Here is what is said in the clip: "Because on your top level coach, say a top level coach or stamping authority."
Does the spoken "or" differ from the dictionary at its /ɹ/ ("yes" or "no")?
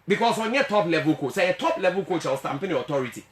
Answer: yes